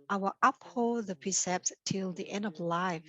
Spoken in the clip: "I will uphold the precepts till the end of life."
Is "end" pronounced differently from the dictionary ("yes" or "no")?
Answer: no